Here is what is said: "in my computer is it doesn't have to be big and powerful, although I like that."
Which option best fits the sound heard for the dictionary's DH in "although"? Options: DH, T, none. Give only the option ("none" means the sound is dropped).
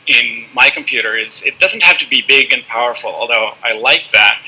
DH